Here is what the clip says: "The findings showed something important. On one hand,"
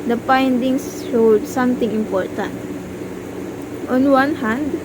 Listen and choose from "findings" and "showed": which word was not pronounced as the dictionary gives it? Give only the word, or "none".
findings